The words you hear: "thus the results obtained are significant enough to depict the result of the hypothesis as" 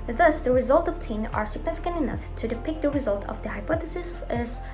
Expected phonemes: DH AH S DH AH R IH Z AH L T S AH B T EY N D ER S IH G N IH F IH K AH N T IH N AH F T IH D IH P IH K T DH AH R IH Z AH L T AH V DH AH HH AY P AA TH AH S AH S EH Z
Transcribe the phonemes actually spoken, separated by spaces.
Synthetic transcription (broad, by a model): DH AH S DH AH R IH Z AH L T AH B T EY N ER S IH G N IH F IH K AH N T IH N AH F T IH D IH P IH K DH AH R IH Z AH L T AH V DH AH HH AY P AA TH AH S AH S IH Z